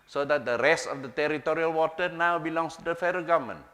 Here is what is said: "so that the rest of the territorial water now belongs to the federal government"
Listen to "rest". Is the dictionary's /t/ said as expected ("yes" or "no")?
yes